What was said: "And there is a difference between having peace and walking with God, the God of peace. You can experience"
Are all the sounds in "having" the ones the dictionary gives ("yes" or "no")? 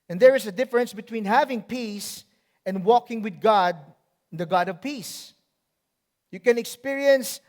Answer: yes